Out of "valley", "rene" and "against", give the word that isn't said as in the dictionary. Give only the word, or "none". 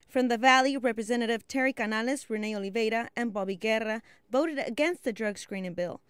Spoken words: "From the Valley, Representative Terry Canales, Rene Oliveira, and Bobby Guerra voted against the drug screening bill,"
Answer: none